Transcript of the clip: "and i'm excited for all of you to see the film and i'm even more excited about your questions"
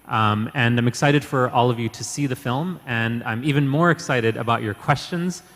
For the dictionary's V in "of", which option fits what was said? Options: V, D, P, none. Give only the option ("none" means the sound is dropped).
V